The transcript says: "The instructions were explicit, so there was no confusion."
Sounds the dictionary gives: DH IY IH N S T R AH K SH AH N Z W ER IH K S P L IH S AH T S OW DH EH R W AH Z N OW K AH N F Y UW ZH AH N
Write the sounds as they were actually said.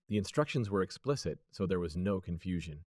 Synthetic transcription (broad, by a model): DH IY IH N S T R AH K SH AH N Z W ER IH K S P L IH S AH T S OW DH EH R W AH Z N OW K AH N F Y UW ZH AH N